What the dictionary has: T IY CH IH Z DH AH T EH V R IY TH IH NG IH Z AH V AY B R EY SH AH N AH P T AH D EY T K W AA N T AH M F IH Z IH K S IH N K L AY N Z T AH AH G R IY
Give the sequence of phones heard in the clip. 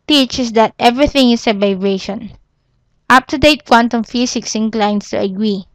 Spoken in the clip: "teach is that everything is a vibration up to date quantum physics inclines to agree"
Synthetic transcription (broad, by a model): T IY CH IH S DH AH T EH V R IY TH IH NG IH S AH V AY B R EY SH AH N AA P T AH D EY T K W AA N T AH M F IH S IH K S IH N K L AY N S T AH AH G R IY